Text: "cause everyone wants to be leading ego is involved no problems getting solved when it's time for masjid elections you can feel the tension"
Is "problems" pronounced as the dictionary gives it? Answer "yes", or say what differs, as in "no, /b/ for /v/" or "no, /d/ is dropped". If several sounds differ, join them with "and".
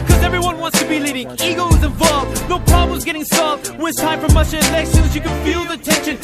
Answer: yes